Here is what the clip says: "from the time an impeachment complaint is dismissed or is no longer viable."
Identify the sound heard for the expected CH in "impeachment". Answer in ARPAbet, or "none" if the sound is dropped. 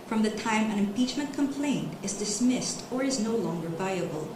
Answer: CH